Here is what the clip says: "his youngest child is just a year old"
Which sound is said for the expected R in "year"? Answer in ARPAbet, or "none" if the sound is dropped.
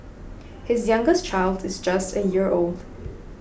R